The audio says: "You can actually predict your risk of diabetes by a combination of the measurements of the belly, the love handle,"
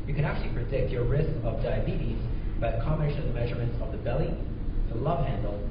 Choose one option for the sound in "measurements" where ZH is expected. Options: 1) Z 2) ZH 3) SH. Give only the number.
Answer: 2